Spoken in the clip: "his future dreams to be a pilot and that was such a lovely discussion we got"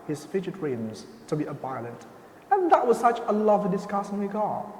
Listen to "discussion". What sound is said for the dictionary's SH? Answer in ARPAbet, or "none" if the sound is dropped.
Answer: S